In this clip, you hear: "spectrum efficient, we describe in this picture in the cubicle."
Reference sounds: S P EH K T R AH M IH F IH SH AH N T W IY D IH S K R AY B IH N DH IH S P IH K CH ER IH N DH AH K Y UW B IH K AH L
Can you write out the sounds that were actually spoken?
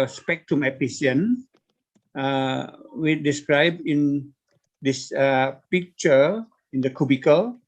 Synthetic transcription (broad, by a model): S P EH K T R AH M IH P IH S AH N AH W IY D IH S K R AY B IH N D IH S P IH K CH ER IH N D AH K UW B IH K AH L